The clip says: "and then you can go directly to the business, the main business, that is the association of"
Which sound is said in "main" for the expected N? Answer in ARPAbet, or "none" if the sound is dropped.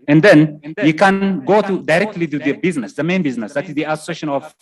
N